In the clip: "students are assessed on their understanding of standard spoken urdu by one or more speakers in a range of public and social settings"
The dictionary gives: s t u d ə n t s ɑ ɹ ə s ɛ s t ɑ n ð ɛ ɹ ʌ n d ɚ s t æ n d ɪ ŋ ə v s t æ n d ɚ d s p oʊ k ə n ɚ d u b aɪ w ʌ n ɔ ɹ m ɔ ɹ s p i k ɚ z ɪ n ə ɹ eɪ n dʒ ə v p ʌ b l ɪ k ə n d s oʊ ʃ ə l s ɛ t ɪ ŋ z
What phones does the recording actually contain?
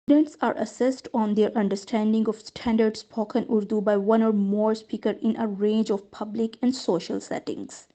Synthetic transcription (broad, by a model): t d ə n t s ɑ ɹ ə s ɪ s t ɑ n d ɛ ɹ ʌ n d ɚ s t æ n d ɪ ŋ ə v s t æ n d ɚ d s p oʊ k ə n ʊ d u b aɪ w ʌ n ɔ ɹ m ɔ ɹ s p i k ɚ ɪ n ə ɹ eɪ n dʒ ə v p ʌ b l ɪ k ə n d s oʊ ʃ ə l s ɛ t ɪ ŋ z